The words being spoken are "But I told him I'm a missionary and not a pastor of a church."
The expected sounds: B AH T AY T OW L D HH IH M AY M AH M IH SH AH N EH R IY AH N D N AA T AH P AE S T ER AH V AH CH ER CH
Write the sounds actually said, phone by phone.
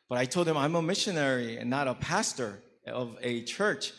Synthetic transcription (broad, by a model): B AH T AY T OW L D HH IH M AY M AH M IH SH AH N EH R IY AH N N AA T AH P AE S T ER AH V AH CH ER CH